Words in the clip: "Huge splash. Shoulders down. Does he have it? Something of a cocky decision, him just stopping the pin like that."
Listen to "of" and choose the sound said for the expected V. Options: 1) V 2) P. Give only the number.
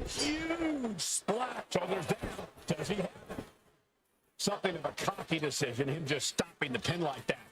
1